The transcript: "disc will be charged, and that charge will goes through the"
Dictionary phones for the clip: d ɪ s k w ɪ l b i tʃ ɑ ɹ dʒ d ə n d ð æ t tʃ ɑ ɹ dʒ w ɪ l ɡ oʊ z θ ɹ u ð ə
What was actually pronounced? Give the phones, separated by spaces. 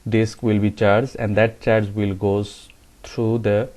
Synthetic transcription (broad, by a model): d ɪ s k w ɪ l b i tʃ ɑ ɹ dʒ ə n d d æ t tʃ ɑ ɹ dʒ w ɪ l ɡ oʊ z t ɹ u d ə